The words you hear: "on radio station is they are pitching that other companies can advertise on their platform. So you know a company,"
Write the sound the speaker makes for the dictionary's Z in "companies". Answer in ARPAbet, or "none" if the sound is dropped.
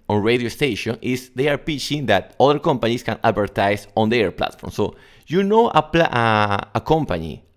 S